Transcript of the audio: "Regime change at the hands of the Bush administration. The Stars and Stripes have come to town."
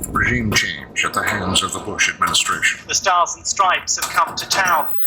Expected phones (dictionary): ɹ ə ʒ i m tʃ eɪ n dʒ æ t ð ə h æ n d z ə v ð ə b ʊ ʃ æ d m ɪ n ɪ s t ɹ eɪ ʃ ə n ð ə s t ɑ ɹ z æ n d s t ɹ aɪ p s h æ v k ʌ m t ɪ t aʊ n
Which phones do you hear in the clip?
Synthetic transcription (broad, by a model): ɹ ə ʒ i m tʃ eɪ n dʒ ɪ t ð ə h æ n d z ə v ð ə b ʊ ʃ æ d m ɪ n ɪ s t ɹ eɪ ʃ ə n ð ə s t ɑ ɹ z n s t ɹ aɪ p s h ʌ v k ʌ m t ɪ t aʊ n